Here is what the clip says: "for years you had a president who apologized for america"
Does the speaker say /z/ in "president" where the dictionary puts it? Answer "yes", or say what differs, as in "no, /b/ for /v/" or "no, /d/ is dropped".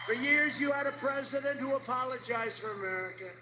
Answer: yes